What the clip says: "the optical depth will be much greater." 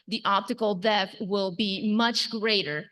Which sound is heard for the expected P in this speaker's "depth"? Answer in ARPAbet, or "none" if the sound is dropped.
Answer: none